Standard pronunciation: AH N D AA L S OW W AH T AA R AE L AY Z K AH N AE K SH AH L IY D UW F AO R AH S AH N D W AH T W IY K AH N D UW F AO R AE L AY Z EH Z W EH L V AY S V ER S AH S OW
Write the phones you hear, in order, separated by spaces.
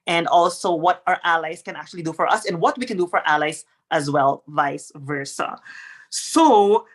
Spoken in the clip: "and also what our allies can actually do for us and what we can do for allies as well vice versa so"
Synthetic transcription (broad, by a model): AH N D AA L S OW W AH T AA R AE L AY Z K AH N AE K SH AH L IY D UW F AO R AH S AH N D W AH T W IY K AH N D UW F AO R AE L AY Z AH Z W EH L V AY S V ER S AH S OW